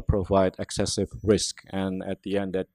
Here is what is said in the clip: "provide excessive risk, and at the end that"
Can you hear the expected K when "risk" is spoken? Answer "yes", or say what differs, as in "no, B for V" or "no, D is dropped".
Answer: yes